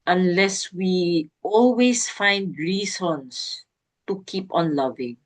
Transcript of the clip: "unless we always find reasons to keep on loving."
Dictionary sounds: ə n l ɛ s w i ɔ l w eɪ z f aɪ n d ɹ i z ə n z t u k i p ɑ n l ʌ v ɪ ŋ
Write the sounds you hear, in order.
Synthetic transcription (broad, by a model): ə n l ɛ s w i ɔ l w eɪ s f aɪ n d ɹ i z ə n s t u k i p ɑ n l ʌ v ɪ ŋ